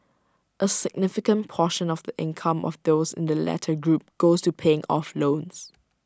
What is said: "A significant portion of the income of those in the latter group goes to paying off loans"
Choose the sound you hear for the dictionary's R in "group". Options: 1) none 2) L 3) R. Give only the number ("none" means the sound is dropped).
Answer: 3